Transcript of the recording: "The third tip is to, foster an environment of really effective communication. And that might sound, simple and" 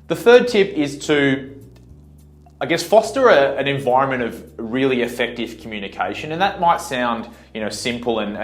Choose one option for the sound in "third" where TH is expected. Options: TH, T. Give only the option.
TH